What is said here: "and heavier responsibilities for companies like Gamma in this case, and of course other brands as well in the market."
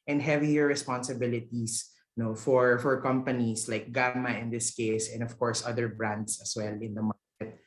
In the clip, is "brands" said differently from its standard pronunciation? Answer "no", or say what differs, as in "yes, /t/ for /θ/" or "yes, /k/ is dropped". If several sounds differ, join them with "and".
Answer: yes, /s/ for /z/